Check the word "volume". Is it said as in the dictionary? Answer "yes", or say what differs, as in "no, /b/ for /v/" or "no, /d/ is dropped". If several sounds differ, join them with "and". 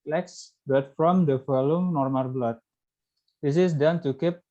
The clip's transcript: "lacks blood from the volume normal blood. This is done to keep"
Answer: no, /f/ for /v/